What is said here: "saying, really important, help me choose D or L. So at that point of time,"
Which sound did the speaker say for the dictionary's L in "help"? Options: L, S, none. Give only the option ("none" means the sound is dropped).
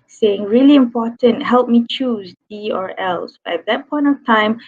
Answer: L